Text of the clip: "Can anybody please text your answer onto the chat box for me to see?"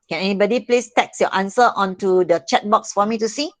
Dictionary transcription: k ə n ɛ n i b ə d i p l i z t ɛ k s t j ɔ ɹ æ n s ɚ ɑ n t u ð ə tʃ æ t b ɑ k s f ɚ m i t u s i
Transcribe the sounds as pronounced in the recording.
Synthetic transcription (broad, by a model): k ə n ɛ n i b ə d i p l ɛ s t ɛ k s j ɔ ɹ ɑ n s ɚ ɑ n t u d ə tʃ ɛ t b ɑ k s f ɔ m i t u s i